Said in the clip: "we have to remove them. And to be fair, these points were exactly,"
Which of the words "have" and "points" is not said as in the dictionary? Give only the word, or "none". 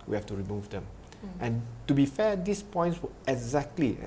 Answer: have